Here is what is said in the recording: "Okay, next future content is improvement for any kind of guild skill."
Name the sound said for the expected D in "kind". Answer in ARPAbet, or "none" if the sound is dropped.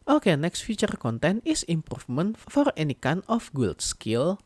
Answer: none